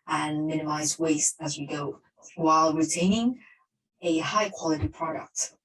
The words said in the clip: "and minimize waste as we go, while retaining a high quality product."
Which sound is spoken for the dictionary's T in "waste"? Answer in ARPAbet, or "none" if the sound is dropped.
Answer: T